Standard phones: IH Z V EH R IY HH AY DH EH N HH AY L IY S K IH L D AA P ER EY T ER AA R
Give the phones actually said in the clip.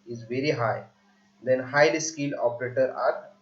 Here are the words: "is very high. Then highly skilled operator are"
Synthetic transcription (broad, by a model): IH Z V EH R IY HH AY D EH N HH AY L IY S K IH L AA P ER EY T ER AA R